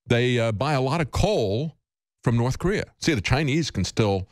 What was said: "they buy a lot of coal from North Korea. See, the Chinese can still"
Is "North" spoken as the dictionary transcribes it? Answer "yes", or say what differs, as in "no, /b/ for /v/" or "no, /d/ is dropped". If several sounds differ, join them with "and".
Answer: yes